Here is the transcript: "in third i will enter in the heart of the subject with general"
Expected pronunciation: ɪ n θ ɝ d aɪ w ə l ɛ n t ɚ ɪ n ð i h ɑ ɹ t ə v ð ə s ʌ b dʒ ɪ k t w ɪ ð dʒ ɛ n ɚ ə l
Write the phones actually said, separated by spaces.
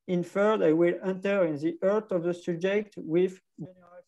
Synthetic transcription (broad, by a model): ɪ n f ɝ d aɪ w ə l ɛ n t ɚ ɪ n ð i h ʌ ɹ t ə v ð ə s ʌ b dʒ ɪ k t w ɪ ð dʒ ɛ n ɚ